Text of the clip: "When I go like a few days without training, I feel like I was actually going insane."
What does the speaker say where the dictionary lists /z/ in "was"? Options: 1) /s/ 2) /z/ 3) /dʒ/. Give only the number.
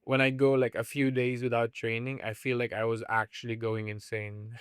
2